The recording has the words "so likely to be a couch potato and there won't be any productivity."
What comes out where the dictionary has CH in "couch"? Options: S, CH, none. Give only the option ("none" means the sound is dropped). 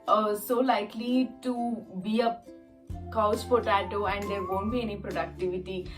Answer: S